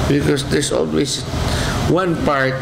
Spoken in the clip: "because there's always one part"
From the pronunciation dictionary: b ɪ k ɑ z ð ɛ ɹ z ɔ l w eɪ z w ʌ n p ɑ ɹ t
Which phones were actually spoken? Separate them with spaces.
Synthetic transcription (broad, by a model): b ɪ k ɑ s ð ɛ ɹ s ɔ l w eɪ s w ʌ n p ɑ ɹ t